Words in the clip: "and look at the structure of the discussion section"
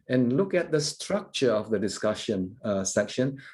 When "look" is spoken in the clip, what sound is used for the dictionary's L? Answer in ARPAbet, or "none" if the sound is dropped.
L